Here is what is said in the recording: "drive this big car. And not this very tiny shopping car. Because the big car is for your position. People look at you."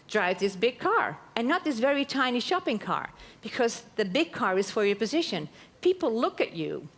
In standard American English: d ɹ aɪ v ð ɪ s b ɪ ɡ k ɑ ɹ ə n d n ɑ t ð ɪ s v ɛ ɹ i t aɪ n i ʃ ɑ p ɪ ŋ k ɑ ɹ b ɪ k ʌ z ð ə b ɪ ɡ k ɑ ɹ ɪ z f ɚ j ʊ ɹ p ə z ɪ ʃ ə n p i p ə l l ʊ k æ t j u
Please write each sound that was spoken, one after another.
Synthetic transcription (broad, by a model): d ɹ aɪ v ð ɪ s b ɪ ɡ k ɑ ɹ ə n n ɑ t ð ɪ s v ɛ ɹ i t aɪ n i ʃ ɑ p ɪ ŋ k ɑ ɹ b ɪ k ʌ z ð ə b ɪ ɡ k ɑ ɹ ɪ z f ɚ j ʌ ɹ p ə z ɪ ʃ ə n p i p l l ʊ k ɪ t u